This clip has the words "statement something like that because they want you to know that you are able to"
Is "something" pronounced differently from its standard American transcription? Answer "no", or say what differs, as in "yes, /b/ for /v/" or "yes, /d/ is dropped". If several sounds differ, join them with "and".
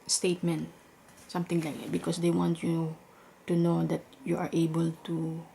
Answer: yes, /t/ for /θ/